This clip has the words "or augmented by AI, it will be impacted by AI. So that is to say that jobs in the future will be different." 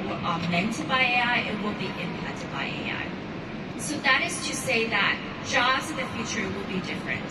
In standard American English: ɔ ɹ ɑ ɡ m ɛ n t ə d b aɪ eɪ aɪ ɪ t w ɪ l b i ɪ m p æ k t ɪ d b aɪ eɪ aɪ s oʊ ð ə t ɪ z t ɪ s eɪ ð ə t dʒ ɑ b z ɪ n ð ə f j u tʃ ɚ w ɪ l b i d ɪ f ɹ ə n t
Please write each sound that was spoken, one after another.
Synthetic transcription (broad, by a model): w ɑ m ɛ n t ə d b aɪ eɪ aɪ ɪ t w ɪ l b i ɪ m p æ t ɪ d b aɪ eɪ aɪ s oʊ ð ə t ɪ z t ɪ s eɪ ð ə t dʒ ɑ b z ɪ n ð ə f j u tʃ ɚ w ɪ l b i d ɪ f ɹ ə n t